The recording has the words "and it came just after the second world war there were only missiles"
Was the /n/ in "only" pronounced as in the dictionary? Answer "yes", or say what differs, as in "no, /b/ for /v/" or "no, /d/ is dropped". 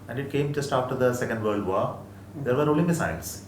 no, /n/ is dropped